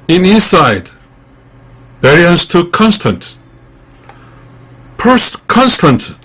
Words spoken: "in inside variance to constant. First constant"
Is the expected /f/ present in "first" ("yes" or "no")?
no